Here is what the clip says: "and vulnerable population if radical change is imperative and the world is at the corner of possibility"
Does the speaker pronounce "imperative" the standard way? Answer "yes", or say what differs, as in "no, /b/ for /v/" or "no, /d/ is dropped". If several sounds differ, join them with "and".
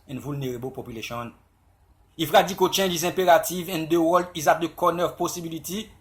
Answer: no, /m/ is dropped